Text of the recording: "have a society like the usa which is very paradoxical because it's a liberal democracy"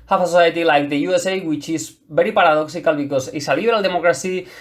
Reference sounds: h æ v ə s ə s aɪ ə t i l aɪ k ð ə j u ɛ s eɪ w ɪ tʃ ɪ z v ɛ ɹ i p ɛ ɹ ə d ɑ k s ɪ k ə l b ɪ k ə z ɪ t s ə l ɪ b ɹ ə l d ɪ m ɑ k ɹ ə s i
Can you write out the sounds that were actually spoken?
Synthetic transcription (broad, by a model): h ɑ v ə s ə s aɪ ə t i l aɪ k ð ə j u ɛ s eɪ w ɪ tʃ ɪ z b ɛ ɹ i p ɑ ɹ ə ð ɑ k s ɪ k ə l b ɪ k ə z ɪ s ə l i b ɹ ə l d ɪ m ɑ k ɹ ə s i